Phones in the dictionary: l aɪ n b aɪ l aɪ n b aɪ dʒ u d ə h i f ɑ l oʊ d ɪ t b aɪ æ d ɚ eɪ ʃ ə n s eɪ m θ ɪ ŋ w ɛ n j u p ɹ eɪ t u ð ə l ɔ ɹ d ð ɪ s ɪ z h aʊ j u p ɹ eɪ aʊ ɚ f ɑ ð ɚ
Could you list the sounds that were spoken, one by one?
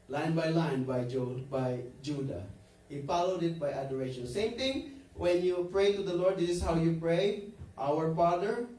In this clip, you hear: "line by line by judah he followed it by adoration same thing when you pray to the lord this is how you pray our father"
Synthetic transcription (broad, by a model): l aɪ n b aɪ l aɪ n b aɪ dʒ u d ə h i f ɑ l oʊ d ɪ t b aɪ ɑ d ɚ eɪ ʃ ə n s eɪ m t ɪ ŋ w ɛ n j u p ɹ eɪ t u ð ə l ɔ ɹ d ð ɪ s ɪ s h aʊ j u p ɹ eɪ aʊ ɚ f ɑ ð ɚ